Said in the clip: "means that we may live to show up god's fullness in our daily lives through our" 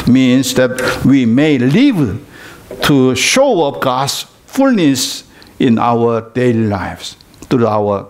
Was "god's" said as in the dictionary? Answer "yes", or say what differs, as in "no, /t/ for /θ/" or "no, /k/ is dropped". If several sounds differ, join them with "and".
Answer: no, /s/ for /z/